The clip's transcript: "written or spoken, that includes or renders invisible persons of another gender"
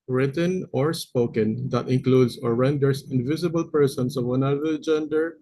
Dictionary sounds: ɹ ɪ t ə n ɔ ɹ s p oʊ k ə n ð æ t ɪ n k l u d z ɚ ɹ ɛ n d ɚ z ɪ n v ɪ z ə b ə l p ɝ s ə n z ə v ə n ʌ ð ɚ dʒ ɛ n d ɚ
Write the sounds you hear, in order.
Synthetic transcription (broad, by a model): ɹ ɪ t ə n ɔ ɹ s p oʊ k ə n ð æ t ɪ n k l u d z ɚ ɹ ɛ n d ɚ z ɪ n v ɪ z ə b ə l p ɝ s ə n s ə v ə n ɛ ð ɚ dʒ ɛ n d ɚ